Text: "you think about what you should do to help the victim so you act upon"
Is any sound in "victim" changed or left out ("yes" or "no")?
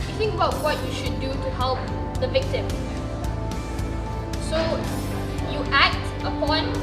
no